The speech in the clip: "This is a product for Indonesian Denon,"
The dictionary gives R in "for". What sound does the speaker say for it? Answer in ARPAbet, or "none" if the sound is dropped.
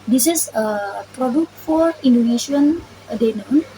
R